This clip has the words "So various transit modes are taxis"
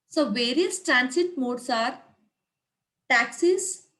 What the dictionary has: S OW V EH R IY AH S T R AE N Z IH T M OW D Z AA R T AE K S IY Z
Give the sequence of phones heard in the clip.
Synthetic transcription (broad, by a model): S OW V EH R IY AH S T R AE N S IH T M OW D S AA R T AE K S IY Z